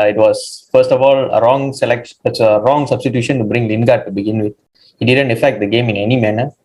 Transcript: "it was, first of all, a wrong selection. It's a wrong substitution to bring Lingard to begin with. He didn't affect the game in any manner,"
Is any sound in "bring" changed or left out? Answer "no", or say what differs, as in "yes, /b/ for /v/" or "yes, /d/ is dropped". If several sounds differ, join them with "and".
no